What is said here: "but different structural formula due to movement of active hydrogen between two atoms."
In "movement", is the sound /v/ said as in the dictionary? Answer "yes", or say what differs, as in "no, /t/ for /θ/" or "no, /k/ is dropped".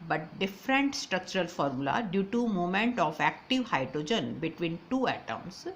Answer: no, /v/ is dropped